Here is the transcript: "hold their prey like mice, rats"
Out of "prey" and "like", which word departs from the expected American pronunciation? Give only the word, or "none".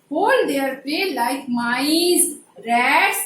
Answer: prey